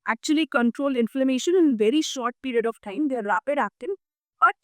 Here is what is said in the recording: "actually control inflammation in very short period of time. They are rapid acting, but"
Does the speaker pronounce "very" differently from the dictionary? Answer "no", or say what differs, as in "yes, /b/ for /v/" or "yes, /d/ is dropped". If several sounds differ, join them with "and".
no